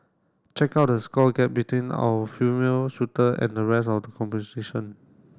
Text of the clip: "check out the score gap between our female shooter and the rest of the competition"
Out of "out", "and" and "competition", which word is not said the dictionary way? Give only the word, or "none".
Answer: competition